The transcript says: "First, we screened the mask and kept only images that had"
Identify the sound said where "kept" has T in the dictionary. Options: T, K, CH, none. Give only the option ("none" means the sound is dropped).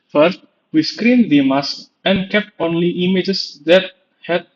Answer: T